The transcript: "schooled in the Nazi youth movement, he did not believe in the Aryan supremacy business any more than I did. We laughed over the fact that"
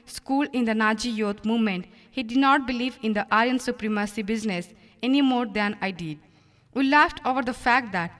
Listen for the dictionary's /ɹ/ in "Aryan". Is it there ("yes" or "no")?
no